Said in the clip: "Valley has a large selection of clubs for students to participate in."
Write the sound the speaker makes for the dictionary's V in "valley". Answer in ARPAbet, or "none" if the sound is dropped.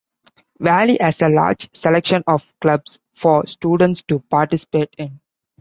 V